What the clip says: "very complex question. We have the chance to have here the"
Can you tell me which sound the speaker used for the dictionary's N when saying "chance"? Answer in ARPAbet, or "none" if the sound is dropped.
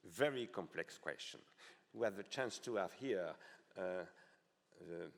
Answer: N